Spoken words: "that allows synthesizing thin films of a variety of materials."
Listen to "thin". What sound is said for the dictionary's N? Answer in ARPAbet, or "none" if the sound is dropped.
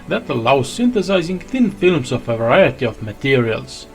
N